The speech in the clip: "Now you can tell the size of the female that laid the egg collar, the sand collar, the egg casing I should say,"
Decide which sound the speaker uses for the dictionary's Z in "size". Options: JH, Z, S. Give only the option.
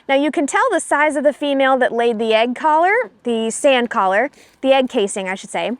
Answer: Z